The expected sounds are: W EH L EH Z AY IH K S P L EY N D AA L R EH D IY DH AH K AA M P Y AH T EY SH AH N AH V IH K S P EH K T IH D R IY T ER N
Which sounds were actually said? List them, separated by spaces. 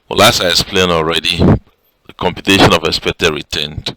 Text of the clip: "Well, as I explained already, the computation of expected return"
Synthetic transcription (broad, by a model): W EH L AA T AY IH S P L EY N AA L R EH D IY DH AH K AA M P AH T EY SH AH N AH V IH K S P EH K T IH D R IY T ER N